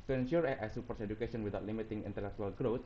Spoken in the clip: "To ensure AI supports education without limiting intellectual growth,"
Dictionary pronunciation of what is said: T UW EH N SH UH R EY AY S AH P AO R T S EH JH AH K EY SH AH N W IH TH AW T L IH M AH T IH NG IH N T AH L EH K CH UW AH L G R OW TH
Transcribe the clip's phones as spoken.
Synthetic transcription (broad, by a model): T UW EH N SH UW R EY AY S AH P AO R T S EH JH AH K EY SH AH N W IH T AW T L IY M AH T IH NG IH N T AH L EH K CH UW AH L G R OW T